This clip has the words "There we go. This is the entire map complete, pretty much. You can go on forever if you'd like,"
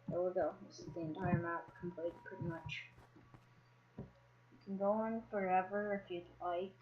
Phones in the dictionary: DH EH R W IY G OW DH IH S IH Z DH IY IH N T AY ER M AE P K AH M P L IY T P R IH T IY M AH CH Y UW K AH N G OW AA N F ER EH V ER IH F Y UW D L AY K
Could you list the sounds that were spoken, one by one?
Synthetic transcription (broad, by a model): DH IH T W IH G OW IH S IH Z DH IY IH N T AY ER M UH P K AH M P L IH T P R IH T IY M AH CH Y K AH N G OW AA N F ER EH V ER IH F Y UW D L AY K